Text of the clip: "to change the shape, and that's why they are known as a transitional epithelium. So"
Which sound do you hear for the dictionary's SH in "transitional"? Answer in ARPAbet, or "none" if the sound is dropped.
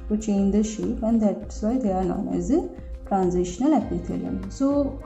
SH